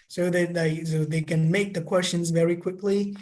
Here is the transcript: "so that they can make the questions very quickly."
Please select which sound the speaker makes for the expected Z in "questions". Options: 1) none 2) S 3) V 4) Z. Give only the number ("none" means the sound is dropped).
4